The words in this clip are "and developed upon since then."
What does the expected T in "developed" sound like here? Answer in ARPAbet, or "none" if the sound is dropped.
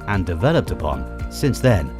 T